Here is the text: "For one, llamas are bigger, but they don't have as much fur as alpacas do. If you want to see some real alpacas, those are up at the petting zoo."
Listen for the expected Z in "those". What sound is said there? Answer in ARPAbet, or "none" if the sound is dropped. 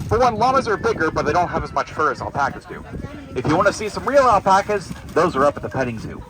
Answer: Z